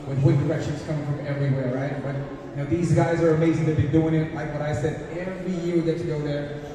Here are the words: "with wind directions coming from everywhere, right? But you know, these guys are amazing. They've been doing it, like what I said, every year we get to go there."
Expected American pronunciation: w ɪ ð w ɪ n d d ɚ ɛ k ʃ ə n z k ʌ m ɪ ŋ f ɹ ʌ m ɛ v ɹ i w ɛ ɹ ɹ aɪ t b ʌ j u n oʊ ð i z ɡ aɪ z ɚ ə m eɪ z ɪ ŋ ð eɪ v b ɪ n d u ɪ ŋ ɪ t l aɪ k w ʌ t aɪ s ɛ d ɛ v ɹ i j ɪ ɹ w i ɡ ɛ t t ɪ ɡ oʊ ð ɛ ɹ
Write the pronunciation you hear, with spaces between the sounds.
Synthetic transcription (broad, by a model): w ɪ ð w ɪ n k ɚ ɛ k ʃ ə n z k ʌ m ɪ ŋ f ɹ ʌ m ɛ v ɹ i w ɛ ɹ ɹ aɪ t b ʌ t n oʊ ð i z ɡ aɪ z ɚ ə m eɪ z ɪ ŋ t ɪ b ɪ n d u ɪ ŋ ɪ t l aɪ k w ʌ t aɪ s ɛ d ɛ v ɹ i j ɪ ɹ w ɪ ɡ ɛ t t ɪ ɡ oʊ ð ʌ ɹ